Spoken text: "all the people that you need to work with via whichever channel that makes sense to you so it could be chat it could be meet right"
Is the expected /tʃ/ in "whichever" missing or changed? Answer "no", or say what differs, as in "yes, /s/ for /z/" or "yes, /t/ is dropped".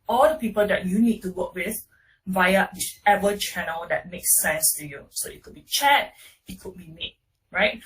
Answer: yes, /tʃ/ is dropped